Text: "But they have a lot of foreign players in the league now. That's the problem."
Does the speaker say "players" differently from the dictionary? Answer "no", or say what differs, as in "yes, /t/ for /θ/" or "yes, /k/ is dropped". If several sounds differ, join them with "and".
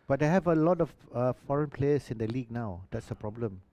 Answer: yes, /s/ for /z/